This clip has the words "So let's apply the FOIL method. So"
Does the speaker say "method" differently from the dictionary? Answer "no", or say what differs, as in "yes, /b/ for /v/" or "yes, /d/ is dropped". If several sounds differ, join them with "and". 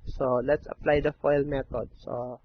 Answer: yes, /t/ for /θ/